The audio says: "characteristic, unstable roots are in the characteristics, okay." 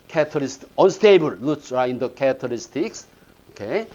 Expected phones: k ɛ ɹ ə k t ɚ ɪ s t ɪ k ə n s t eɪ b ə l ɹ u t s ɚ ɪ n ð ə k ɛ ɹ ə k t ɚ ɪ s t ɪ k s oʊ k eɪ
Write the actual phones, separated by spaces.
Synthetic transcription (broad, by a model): k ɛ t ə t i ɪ s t ə n s t eɪ b ə l l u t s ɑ ɪ n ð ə k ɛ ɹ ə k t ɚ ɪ s t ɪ k s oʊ k eɪ